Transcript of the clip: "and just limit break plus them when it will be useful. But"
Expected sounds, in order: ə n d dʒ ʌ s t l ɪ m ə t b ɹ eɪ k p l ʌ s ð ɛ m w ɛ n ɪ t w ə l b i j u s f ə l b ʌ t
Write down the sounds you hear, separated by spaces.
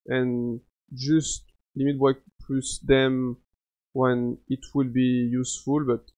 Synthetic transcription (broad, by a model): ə n dʒ ʌ s t l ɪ m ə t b eɪ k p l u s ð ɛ m w ɛ n ɪ t w ə l b i j u s f ə l b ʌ t